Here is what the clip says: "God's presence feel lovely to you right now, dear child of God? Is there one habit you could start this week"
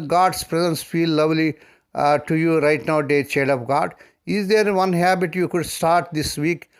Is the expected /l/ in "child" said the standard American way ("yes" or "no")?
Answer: no